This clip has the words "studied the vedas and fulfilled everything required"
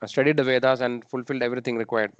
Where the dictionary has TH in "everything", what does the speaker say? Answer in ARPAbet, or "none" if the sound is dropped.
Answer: T